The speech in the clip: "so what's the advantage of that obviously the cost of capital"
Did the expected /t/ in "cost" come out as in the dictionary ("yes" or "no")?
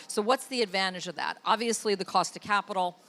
yes